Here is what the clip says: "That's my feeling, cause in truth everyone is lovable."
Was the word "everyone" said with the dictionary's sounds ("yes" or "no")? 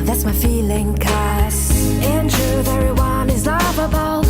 no